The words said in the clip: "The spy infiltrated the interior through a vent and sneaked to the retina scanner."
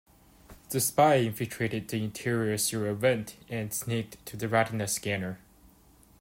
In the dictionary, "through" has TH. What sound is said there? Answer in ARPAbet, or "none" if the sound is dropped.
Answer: S